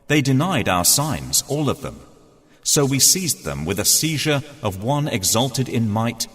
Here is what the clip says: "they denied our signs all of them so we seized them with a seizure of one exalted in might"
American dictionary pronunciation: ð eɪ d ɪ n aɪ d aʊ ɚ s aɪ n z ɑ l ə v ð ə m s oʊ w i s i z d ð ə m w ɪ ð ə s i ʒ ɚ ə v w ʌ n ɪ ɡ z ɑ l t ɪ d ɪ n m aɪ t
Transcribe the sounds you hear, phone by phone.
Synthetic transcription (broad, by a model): ð eɪ d ɪ n aɪ d aʊ ɚ s aɪ n z ɑ l ə v ð ə m s oʊ w i s i z ð ə m w ɪ ð ə s i ʒ ɚ ə v w ʌ n ɪ ɡ z ɑ l t ɪ d ɪ n m aɪ t